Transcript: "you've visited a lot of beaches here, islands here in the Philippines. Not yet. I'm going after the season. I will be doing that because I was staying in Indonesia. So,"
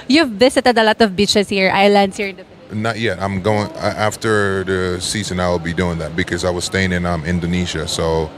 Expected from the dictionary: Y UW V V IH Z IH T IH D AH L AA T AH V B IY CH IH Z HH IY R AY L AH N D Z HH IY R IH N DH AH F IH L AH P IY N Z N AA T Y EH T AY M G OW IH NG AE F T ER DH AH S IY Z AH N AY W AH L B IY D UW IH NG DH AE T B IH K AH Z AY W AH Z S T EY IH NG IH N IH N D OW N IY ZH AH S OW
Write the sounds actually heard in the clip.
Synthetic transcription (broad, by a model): Y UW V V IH S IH T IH D AH L AA T AH V B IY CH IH S HH IY R AY L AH N D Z HH IY R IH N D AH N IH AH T Y EH T AY M G OW IH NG AE F T ER DH AH S IY Z AH N AY W AH L B IY D UW IH NG DH AE T B IH K AH Z AY W AH Z S T EY IH NG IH N IH N D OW N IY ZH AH S OW